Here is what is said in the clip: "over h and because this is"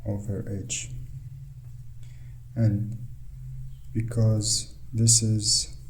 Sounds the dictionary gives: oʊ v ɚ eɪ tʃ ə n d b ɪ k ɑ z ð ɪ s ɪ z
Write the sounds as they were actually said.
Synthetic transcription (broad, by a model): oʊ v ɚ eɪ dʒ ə n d b ɪ k ɑ z ð ɪ s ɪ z